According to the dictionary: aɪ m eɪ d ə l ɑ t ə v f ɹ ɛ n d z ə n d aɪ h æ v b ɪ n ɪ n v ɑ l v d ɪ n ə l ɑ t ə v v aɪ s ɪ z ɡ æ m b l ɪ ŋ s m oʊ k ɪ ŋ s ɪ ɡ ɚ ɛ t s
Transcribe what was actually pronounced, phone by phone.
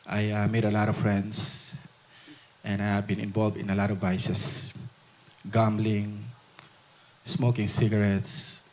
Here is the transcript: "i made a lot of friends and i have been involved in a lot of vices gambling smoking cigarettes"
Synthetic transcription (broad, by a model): aɪ m eɪ d ə l ɑ t ə v f ɹ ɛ n d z ə n d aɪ h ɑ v b ɪ n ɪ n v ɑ l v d ɪ n ə l ɑ t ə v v aɪ s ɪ s ɡ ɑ m b l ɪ ŋ s m oʊ k ɪ ŋ s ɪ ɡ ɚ ɛ t s